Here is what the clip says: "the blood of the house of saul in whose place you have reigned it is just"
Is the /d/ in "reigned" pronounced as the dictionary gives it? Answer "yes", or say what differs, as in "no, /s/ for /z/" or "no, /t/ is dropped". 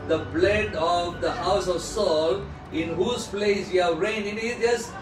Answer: no, /d/ is dropped